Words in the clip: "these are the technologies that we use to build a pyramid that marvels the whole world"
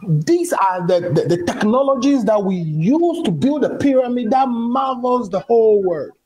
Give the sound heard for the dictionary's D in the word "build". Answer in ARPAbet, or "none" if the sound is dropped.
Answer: D